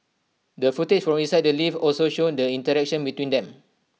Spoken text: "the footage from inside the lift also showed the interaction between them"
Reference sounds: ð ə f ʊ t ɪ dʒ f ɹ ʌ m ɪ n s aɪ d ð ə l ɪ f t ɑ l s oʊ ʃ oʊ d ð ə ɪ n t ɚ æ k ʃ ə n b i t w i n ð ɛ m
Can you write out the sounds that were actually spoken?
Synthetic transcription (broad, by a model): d ə f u t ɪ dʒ f ɹ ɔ m ɪ n s aɪ d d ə l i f ɑ l s oʊ ʃ oʊ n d ə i n t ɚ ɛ k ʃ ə n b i t w i n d ɛ m